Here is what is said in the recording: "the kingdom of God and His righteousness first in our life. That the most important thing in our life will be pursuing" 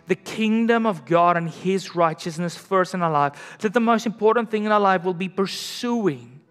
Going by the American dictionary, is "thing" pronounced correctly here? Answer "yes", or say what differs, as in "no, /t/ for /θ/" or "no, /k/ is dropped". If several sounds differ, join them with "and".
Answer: yes